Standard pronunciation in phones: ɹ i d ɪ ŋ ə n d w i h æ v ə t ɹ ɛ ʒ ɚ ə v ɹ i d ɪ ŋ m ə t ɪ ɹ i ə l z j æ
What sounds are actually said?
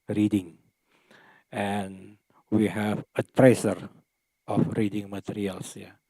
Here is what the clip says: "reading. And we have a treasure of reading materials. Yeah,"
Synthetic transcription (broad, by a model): ɹ i d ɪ ŋ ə n w i h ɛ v ə t ɹ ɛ s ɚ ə f ɹ i d ɪ ŋ m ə t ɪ ɹ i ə l s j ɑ